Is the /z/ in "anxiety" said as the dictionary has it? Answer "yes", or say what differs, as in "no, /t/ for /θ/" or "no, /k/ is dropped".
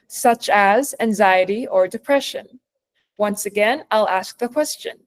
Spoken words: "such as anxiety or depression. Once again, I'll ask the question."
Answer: yes